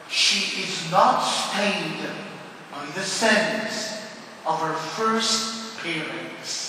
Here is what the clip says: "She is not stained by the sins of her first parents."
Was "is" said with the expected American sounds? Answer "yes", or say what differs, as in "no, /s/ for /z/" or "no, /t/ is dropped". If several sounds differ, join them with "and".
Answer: yes